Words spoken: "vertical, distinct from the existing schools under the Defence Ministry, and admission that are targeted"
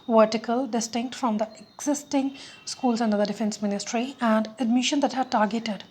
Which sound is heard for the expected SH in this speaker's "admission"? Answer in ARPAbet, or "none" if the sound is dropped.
SH